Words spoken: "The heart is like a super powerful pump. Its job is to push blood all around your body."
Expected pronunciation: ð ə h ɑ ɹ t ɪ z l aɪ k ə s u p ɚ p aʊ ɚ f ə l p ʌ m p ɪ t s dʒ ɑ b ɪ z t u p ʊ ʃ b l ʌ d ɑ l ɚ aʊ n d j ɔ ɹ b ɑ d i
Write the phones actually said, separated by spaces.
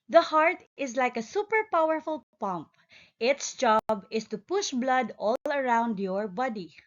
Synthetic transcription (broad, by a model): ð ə h ɑ ɹ t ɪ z l aɪ k ə s u p ɚ p aʊ ɚ f ə l p ʌ m p ɪ t s dʒ ɑ b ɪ s t u p ʊ ʃ b l ʌ d ɑ l ɚ aʊ n d j ɔ ɹ b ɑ d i